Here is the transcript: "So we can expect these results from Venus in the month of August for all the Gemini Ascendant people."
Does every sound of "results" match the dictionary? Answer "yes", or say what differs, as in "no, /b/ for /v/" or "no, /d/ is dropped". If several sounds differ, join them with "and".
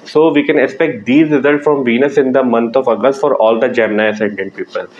yes